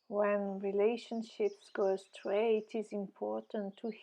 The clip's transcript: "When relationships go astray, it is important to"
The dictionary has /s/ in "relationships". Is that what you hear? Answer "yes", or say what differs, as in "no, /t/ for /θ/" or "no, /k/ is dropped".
yes